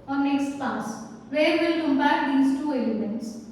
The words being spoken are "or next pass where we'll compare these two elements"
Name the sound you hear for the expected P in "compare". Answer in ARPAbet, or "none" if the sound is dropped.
B